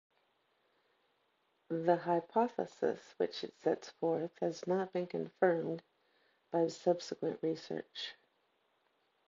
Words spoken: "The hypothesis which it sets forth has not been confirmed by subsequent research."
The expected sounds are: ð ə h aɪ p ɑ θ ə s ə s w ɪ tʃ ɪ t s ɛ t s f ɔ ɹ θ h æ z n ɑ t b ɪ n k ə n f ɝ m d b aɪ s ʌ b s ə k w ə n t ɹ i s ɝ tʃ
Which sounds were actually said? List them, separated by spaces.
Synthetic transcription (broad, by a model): ð ə h aɪ p ɑ θ ə s ə s w ɪ tʃ ɪ t s ɛ t s f ɔ ɹ θ h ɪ z n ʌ t b ɪ n k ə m f ɝ m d b aɪ s ʌ b s ə k w ə n t ɹ i s ɝ tʃ